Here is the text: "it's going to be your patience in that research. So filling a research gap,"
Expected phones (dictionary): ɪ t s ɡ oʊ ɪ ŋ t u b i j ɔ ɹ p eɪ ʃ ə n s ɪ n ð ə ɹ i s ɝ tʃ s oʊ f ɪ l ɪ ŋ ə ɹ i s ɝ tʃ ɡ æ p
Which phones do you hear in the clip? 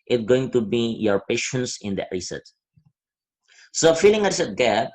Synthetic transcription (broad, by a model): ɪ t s ɡ oʊ ɪ ŋ t u b i j ɔ ɹ p eɪ ʃ ə n s ɪ n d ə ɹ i s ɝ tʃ s oʊ f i l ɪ ŋ ə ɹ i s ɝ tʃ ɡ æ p